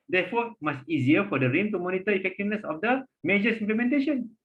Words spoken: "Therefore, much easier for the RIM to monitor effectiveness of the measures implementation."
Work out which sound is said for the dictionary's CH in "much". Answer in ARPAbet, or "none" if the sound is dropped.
S